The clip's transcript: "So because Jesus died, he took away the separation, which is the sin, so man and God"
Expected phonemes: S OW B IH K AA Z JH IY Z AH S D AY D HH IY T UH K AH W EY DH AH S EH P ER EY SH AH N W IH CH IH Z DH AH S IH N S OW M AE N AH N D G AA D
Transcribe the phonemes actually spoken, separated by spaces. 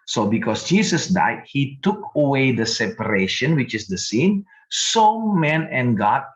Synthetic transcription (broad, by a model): S OW B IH K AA S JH IY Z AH S D AY D HH IY T UH K AH W EY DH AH S EH P ER EY SH AH N W IH CH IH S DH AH S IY N S OW M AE N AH N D G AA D